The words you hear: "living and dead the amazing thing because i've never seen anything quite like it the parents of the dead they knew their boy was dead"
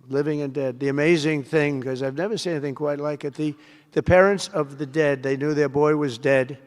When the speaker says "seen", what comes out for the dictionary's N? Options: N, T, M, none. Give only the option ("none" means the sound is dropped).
none